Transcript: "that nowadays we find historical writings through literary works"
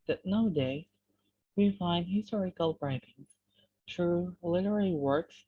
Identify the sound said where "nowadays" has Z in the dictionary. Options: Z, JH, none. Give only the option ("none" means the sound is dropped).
none